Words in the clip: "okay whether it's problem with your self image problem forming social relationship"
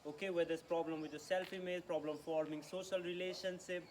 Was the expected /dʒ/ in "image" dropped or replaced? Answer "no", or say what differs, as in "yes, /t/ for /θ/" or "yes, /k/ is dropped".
yes, /z/ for /dʒ/